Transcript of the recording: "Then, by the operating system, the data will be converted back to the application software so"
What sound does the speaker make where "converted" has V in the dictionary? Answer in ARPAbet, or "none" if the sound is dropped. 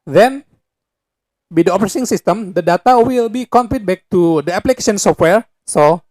P